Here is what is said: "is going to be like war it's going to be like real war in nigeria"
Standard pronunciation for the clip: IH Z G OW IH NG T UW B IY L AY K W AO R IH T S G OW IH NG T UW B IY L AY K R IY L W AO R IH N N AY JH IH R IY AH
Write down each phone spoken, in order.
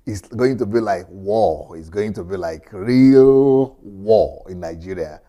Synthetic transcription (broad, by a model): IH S G OW IH NG T UW B IY L AY K W AO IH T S G OW IH NG T UW B IY L AY K R IY L W AO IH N N AY JH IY R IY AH